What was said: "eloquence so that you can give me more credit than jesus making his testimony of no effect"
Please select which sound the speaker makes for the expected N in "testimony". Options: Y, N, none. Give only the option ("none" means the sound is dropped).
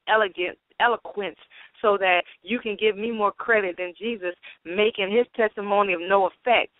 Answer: N